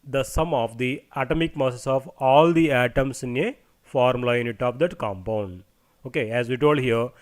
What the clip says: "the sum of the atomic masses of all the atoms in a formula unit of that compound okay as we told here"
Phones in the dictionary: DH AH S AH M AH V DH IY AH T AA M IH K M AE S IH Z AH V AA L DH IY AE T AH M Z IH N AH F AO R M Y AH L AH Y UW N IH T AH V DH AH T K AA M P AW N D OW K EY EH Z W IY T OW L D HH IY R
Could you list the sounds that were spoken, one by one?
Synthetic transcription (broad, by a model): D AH S AH M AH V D IY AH T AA M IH K M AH S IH S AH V AA L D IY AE T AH M S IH N AH F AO R M L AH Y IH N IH T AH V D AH T K AA M P AW N D OW K EY EH Z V IY T OW L D HH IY R